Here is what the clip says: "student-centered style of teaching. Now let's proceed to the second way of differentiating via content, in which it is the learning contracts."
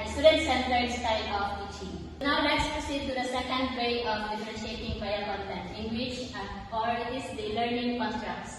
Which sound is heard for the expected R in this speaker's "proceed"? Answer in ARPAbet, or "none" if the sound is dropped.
none